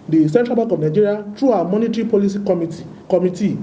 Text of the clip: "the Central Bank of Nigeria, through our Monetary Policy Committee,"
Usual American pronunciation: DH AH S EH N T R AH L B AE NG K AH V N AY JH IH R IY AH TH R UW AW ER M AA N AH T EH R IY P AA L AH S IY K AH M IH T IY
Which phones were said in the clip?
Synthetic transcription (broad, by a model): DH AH S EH N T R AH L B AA K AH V N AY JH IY R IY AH T R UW AW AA M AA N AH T R IY P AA L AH S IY K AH M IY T IY